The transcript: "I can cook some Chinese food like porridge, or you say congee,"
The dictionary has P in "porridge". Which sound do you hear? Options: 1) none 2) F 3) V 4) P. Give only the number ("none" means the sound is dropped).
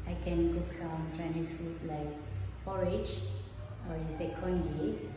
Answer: 2